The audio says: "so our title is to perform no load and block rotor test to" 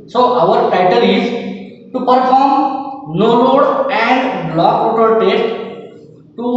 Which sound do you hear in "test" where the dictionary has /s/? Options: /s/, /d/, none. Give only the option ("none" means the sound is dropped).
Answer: none